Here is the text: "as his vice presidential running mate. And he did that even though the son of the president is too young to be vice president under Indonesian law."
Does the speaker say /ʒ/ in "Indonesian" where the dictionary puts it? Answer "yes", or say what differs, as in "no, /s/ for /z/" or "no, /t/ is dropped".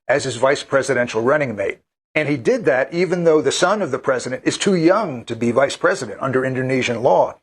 yes